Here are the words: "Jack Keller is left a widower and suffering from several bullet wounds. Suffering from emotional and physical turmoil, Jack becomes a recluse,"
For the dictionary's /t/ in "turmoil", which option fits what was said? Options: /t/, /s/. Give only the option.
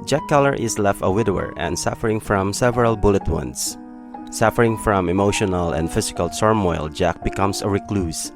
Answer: /s/